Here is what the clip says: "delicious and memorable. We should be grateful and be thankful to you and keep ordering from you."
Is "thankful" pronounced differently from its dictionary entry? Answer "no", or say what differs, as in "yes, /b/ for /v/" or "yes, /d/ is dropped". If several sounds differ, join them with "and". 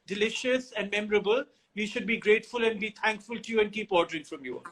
yes, /t/ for /θ/